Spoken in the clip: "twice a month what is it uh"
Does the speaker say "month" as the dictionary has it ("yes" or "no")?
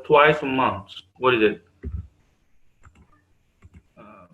no